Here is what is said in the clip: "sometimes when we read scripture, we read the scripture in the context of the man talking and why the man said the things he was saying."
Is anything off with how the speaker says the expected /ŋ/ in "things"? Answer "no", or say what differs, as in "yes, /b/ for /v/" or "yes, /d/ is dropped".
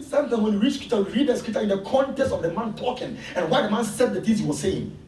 yes, /ŋ/ is dropped